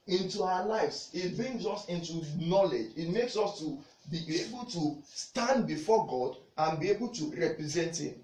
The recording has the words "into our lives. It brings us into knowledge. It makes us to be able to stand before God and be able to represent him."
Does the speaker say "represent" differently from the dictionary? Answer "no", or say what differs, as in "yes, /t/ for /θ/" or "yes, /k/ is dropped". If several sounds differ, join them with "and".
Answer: no